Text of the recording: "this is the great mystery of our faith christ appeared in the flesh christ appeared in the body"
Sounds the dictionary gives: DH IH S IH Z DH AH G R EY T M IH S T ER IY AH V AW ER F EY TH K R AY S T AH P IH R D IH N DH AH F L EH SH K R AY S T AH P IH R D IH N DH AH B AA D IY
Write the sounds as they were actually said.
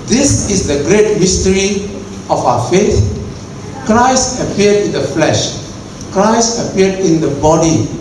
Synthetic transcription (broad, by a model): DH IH S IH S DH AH G R EY T M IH S T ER IY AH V AW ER F EY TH K R AY S T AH P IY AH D IH N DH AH F L EH SH K R AY S T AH P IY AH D IH N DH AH B AA D IY